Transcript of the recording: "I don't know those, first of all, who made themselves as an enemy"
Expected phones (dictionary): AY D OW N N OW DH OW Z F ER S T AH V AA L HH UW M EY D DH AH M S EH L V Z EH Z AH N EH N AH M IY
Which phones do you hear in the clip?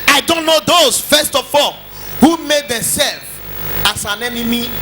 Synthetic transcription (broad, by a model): AY D OW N N OW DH OW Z F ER S T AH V AA L HH UW M EY D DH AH M S EH L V AA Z AH N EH N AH M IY